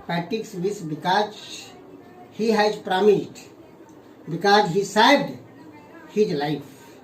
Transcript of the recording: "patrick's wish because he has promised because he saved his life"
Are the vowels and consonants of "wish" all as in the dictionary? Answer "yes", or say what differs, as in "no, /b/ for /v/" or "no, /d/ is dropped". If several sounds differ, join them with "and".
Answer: no, /s/ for /ʃ/